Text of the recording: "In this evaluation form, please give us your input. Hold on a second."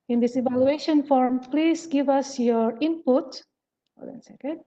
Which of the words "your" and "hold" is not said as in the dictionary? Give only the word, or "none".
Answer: hold